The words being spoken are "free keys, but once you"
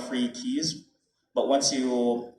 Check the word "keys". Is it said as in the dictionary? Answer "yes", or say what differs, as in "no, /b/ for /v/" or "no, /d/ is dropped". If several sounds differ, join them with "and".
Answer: yes